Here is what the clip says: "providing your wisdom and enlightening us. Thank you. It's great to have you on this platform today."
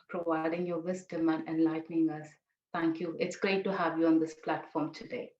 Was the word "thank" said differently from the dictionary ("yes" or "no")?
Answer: yes